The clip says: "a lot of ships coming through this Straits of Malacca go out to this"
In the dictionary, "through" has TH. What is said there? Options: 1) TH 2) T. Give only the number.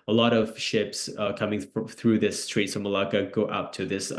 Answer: 1